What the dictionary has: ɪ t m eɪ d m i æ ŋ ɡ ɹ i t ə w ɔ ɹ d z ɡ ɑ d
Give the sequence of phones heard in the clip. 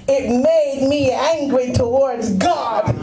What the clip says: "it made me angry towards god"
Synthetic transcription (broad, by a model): ɪ t m eɪ d m i æ ŋ ɡ ɹ i t ə w ɔ ɹ d z ɡ ɑ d